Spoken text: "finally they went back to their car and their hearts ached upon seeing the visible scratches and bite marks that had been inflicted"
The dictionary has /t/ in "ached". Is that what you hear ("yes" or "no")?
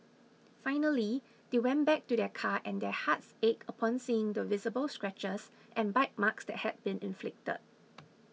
no